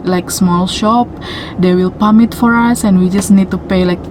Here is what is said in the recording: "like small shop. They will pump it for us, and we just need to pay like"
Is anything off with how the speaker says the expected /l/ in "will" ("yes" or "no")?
no